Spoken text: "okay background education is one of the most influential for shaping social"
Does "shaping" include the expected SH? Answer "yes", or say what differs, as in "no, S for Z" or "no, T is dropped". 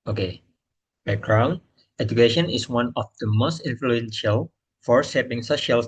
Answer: no, S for SH